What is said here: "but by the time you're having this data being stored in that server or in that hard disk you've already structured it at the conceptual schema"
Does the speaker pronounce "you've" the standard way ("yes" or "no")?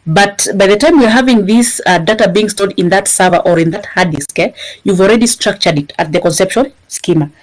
yes